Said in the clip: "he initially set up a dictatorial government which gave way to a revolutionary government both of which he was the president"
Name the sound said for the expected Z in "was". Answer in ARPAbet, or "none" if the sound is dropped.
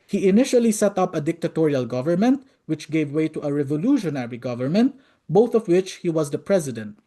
Z